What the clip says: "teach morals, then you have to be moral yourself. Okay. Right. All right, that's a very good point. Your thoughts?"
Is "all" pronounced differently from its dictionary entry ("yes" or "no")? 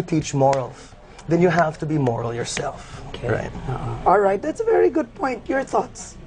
no